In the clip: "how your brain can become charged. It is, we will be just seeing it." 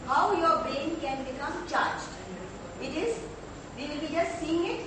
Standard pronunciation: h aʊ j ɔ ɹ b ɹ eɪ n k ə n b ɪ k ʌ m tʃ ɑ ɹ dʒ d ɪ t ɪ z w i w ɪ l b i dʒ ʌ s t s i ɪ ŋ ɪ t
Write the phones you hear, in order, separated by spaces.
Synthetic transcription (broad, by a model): h aʊ j ɔ ɹ b ɹ eɪ n k ə n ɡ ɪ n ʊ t tʃ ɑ ɹ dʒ ɪ t ɪ z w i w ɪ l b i dʒ ʌ s t s i ɪ ŋ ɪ t